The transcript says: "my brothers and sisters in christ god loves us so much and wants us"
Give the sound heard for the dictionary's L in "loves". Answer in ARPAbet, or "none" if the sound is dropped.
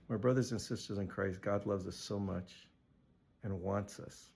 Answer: L